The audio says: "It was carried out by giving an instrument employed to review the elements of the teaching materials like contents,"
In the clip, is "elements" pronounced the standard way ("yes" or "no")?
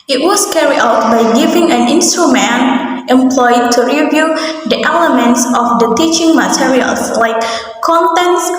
yes